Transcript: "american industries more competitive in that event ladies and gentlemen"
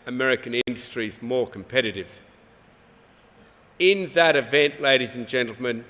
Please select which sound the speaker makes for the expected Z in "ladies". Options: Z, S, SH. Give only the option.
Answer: Z